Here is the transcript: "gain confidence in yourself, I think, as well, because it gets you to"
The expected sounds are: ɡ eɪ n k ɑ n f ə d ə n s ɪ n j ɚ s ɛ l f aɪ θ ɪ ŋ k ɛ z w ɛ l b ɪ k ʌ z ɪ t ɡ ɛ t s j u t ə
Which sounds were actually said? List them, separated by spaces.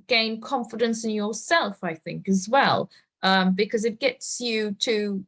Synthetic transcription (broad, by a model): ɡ eɪ n k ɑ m f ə d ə n s ɪ n j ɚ s ɛ l f aɪ θ ɪ ŋ k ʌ z w ɛ l b ɪ k ʌ z ɪ t ɡ ɛ t s j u t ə